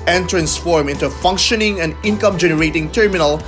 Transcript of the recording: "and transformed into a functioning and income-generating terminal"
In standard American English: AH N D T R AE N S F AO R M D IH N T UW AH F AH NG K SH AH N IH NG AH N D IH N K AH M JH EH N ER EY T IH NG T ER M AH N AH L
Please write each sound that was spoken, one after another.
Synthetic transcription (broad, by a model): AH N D T R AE N S F AO R M IH N T UW AH F AH NG K SH AH N IH NG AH N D IH N K AH M JH EH N ER EY T IH NG T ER M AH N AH L